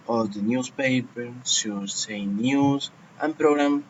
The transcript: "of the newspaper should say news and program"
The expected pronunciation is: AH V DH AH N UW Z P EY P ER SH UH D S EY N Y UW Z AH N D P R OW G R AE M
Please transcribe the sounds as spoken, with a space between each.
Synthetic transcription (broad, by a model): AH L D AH N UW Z P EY P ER S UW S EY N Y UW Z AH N P R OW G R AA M